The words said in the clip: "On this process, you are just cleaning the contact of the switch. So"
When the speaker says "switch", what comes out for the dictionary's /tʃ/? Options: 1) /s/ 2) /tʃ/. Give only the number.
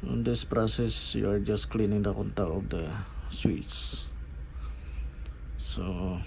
1